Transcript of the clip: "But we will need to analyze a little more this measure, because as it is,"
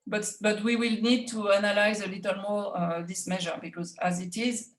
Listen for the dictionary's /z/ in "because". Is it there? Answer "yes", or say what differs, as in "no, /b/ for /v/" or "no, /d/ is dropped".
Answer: yes